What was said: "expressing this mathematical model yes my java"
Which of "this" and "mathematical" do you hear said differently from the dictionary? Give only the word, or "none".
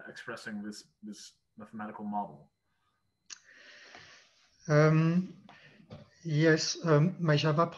none